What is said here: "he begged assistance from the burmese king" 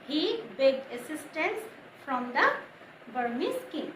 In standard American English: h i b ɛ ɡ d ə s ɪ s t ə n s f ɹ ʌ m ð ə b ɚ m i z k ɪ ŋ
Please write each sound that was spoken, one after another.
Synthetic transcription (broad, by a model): h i b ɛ ɡ ə s ɪ s t ə n s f ɹ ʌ m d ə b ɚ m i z k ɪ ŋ